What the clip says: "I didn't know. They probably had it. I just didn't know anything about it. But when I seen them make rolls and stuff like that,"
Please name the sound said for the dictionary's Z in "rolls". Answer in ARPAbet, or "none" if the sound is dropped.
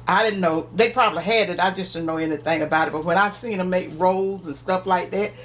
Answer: Z